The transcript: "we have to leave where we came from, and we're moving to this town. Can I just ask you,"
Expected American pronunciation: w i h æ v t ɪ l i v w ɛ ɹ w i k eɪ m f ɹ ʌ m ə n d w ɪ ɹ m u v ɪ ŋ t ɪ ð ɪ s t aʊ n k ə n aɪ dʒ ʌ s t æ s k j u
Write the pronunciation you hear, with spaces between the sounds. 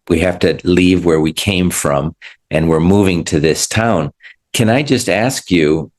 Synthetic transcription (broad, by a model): w i h æ f t ɪ l i v w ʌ ɹ w i k eɪ m f ɹ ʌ m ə n w ɪ ɹ m u v ɪ ŋ t ɪ ð ɪ s t aʊ n k ə n aɪ dʒ ʌ s t æ s k j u